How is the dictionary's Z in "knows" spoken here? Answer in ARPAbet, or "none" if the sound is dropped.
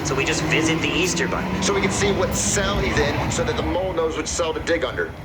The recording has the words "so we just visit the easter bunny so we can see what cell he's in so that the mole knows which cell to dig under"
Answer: Z